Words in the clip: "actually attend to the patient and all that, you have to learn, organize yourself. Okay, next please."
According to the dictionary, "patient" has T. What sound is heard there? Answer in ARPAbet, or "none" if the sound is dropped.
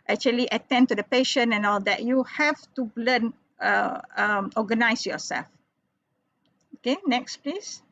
none